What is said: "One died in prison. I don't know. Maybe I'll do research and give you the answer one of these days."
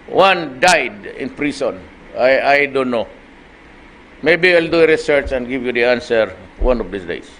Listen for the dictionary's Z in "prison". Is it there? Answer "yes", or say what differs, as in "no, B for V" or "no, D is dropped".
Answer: no, S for Z